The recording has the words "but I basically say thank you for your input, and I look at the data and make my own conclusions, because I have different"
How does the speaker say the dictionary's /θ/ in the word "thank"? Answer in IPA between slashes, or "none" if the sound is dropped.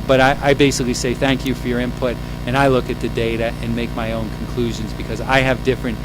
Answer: /θ/